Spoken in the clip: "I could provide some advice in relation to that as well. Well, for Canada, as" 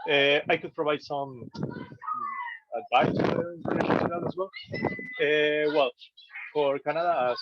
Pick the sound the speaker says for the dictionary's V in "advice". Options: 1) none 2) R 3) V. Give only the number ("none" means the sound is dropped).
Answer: 1